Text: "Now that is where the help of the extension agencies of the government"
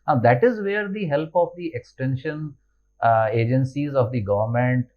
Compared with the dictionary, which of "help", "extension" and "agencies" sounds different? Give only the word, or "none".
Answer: none